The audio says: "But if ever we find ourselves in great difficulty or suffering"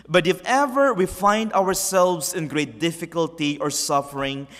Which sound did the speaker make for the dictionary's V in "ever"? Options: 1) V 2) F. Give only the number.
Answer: 1